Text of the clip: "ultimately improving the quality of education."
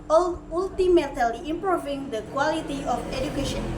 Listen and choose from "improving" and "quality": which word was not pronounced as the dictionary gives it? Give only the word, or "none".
none